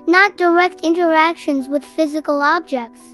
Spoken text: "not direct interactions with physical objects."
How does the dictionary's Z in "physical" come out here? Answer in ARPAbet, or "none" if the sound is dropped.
Z